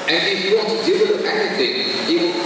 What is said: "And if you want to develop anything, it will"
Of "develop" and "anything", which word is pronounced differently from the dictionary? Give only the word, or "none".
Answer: develop